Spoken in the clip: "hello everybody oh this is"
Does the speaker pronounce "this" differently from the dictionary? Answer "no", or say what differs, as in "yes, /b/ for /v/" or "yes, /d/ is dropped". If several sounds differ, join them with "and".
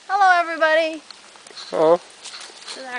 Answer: yes, /s/ is dropped